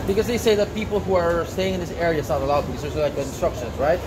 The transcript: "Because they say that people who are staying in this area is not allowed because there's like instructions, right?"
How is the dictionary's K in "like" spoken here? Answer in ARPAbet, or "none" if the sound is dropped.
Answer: none